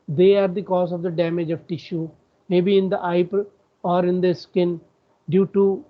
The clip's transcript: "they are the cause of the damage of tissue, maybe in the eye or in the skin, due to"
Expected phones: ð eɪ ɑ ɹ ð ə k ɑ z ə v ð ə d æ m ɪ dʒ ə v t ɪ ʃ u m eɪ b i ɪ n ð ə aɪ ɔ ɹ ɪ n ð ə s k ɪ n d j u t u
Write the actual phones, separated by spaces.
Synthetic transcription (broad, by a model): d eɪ ɑ ɹ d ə k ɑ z ə v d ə d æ m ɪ dʒ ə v t ɪ ʃ u m eɪ b i ɪ n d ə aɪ ɔ ɹ ɪ n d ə s k ɪ n d j u t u